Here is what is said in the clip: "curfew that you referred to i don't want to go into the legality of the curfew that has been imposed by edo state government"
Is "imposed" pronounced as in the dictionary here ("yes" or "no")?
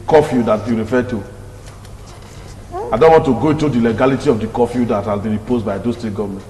no